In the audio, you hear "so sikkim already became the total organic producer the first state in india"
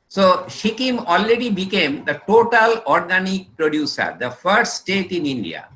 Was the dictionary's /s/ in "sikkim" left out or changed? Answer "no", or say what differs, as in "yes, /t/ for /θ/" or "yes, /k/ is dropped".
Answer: yes, /ʃ/ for /s/